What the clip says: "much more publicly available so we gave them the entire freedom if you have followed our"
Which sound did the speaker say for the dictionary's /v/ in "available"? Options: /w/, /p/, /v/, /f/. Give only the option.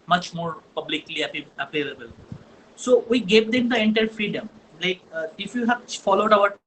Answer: /p/